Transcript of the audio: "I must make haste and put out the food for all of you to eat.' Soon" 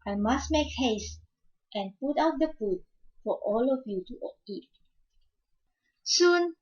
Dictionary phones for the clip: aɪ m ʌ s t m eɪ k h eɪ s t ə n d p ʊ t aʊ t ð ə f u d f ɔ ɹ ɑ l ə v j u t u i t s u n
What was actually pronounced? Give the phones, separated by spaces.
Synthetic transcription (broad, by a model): aɪ m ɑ s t m eɪ k h eɪ s t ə n p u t aʊ t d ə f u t f ɔ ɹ ɑ l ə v j u t u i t s u n